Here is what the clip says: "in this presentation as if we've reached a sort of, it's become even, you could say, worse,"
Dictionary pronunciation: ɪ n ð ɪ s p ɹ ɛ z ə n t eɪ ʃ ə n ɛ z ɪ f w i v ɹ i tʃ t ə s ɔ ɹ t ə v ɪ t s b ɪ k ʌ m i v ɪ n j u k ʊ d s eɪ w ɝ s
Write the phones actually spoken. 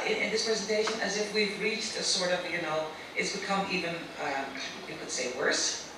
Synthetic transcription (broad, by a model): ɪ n ð ɪ s p ɹ ɛ z ə n t eɪ ʃ ə n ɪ z ɪ f w i v ɹ i tʃ t ə s ɔ ɹ t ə v ɪ t s b ɪ k ʌ m i v ɪ n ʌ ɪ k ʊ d s eɪ w ɝ s